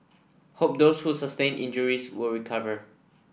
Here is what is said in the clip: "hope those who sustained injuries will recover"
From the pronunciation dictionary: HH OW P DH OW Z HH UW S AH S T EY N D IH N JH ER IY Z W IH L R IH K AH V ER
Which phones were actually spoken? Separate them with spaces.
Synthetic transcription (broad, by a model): HH OW P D OW S HH UW S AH S T EY N IH N JH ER IY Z W IH L R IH K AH V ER